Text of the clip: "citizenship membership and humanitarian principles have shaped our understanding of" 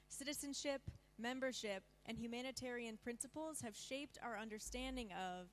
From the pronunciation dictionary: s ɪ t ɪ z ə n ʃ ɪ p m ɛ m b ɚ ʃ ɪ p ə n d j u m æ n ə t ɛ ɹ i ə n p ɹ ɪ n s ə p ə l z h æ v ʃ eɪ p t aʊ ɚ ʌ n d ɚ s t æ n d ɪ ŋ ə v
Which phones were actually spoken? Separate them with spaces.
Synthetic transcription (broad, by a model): s ɪ t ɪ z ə n ʃ ɪ p m ɛ m b ɚ ʃ ɪ p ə n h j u m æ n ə t ɛ ɹ i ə n p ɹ ɪ n s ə p l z h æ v ʃ eɪ p t aʊ ɚ ʌ n d ɚ s t æ n d ɪ ŋ ə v